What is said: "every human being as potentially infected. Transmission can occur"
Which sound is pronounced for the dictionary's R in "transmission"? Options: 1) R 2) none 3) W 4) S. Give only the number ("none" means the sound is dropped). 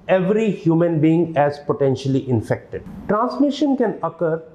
1